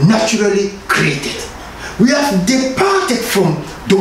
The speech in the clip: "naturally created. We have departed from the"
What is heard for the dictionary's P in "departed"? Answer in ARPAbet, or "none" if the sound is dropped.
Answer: P